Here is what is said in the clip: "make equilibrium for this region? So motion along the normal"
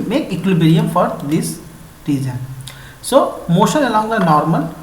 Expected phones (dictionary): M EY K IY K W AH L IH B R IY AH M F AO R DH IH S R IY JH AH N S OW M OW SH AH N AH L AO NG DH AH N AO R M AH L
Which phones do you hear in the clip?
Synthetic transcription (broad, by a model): M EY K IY K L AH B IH R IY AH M F AO R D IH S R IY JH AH N S OW M OW SH AH N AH L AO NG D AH N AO R M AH L